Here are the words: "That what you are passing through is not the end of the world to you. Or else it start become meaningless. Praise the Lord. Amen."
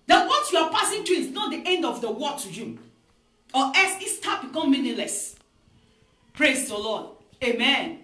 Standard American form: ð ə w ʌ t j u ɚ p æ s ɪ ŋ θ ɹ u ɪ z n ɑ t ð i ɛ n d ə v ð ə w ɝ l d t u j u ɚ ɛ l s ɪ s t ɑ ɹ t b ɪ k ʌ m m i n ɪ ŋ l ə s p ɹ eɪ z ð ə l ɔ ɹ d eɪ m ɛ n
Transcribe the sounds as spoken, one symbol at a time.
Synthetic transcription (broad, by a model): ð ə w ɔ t j u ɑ p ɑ s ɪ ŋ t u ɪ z n ɑ t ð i ɛ n d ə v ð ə w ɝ t u j u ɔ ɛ s ɪ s t ɑ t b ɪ k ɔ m m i n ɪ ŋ l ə s p ɹ eɪ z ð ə l ɔ d eɪ m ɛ n